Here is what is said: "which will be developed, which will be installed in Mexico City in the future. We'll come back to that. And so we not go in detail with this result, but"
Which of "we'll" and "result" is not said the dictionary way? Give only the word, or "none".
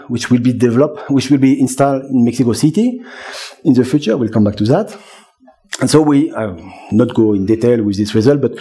none